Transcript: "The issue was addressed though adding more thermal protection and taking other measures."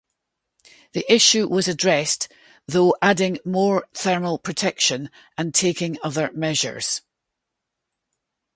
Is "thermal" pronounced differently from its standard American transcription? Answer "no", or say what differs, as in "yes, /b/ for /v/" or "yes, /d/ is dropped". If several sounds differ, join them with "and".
no